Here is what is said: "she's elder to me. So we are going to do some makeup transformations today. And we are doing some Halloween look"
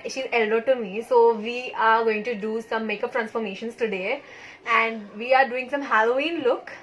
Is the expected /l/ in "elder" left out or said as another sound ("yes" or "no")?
no